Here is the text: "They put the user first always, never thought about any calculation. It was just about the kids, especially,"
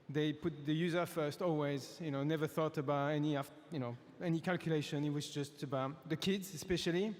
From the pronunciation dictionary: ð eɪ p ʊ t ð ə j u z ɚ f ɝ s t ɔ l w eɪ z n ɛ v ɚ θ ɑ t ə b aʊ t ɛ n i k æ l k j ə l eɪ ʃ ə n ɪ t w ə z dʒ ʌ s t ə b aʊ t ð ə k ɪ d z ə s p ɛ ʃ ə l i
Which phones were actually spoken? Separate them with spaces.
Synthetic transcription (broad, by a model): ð eɪ p ʊ t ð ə j u z ɚ f ɝ s t ɔ l w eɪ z n ɛ v ɚ θ ɑ t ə b aʊ t ɛ n i k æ l k j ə l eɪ ʃ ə n ɪ t w ə z dʒ ʌ s t ə b aʊ t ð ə k ɪ d z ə s p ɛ ʃ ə l i